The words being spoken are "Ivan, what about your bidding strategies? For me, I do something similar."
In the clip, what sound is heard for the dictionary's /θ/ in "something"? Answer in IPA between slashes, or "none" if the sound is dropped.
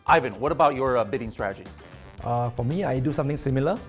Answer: /t/